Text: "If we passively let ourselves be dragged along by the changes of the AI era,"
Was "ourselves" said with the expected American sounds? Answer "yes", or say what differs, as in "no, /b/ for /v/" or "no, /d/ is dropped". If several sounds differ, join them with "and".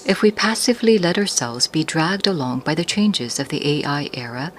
yes